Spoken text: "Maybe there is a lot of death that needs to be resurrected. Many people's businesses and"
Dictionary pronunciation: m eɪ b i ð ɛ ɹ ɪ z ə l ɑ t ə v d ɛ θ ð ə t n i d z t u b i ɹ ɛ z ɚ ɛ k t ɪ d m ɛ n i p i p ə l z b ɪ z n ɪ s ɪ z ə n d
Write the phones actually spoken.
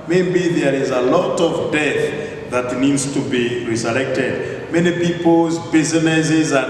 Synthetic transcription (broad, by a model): m eɪ b i ð ɛ ɹ ɪ z ə l ɑ t ə v d ɛ θ ð ə t n i d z t u b i ɹ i s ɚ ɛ k t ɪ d m ɛ n i p i p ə l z b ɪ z n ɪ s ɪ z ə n